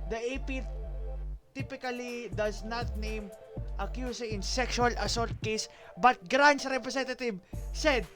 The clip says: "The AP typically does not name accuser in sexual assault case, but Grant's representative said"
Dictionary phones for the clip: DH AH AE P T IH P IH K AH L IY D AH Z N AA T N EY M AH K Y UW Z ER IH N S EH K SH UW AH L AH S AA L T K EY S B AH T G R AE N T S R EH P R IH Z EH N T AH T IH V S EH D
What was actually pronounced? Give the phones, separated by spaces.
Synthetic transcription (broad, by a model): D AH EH P T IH P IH K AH L IY D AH S N AA T N EY M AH K Y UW S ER IH N S EH K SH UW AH L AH S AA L T K EY S B AH T G R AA N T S R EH P R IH S EH N T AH T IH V S EH D